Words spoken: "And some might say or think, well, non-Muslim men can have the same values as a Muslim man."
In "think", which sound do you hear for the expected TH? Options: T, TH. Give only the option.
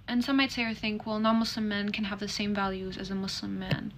TH